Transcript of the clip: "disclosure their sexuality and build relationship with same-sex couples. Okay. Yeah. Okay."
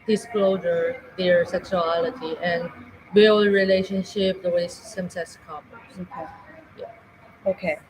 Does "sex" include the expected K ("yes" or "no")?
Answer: no